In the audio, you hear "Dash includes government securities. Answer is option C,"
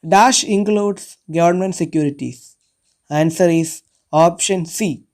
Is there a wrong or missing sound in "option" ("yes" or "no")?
no